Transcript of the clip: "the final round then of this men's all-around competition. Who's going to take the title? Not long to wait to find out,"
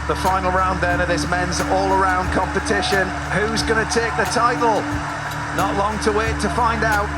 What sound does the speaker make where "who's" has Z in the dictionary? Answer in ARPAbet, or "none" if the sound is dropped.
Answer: Z